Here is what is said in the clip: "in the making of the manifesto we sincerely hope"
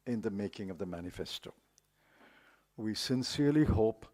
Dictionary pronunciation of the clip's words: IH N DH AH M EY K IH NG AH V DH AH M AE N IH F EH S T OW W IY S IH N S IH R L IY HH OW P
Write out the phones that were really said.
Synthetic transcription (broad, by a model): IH N DH AH M EY K IH NG AH V DH AH M AE N IH F EH S T OW W IY S IH N S IH R L IY HH OW P